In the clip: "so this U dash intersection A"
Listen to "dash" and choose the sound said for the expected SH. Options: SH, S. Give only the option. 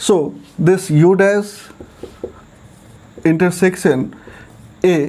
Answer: S